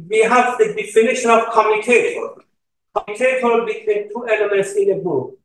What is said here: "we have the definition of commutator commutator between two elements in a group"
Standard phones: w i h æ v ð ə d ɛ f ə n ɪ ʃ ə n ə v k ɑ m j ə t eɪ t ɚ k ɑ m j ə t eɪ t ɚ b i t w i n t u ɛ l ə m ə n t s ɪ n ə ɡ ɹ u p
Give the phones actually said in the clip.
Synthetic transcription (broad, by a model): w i h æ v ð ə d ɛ f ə n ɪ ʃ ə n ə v k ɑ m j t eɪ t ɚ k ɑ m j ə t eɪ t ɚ b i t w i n t u ɛ l ə m ə n t s ɪ n ə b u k